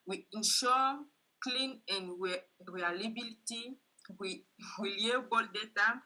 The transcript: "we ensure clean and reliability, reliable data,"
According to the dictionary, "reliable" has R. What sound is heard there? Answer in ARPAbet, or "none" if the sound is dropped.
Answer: W